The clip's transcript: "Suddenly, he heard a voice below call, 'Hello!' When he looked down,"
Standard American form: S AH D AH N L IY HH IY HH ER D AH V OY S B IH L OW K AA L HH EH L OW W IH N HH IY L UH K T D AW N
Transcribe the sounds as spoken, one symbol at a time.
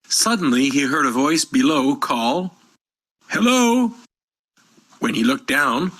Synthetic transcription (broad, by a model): S AH D N L IY IY HH ER D AH V OY S B IH L OW K AA L HH EH L OW W IH N IY L UH K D AW N